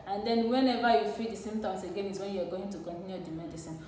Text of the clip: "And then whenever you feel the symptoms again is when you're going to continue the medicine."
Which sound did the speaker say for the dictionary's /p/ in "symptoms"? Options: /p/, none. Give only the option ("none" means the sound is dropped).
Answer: none